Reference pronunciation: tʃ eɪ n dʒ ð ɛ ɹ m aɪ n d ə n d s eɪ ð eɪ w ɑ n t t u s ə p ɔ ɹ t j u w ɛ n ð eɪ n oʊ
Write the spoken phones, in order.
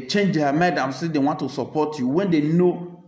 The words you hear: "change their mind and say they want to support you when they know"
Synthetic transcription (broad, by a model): tʃ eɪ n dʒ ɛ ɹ m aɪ d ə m s eɪ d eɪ w ɑ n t t u s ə p ɔ t j u w ɛ n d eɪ n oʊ